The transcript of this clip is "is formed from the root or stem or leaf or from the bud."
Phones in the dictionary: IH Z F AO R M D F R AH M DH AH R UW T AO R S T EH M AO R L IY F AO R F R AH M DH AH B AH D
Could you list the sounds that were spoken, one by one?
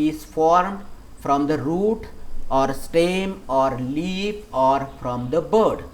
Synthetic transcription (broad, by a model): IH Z F AO R M D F R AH M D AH R UW T AO R S T EH M AO R L IY P AO R F R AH M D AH B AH D